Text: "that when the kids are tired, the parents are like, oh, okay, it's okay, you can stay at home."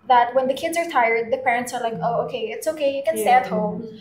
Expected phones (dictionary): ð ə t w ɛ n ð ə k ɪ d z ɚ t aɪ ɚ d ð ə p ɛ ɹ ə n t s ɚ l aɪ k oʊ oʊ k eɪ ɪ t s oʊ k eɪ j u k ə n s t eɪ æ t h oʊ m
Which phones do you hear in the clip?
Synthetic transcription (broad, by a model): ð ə t w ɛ n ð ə k ɪ d z ɚ t aɪ ɚ d ð ə p ɛ ɹ ə n t s ɚ l aɪ k oʊ oʊ k eɪ ɪ t s oʊ k eɪ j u k ə n s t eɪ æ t h oʊ m